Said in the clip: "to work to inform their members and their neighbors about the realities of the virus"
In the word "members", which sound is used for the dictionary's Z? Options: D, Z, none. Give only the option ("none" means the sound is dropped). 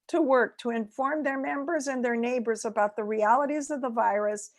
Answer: Z